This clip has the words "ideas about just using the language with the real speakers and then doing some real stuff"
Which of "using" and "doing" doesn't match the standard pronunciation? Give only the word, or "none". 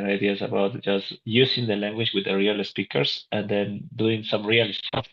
using